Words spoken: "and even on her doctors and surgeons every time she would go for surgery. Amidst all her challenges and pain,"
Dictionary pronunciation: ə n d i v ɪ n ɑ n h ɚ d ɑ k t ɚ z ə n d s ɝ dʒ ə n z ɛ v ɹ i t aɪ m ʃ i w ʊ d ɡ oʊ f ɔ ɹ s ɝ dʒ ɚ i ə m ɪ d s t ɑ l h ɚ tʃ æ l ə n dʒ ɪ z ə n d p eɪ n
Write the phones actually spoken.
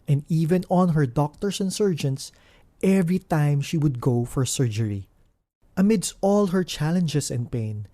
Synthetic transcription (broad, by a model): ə n d i v ɪ n ɑ n h ɚ d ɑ k t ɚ s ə n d s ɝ dʒ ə n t ɛ v ɹ i t aɪ m ʃ i w ʊ d ɡ oʊ f ɔ ɹ s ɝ dʒ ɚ i ə m ɪ d s t ɑ l h ɚ tʃ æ l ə n dʒ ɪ s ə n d p eɪ n